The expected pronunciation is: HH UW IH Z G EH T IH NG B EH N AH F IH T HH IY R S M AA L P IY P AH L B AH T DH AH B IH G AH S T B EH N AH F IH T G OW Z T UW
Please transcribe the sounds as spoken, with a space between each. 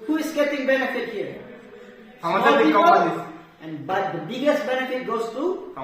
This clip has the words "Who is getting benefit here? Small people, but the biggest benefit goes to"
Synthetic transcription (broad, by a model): HH UW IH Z G EH T IH NG B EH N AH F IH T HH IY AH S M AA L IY AH N B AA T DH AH B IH G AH S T B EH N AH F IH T G OW S T UW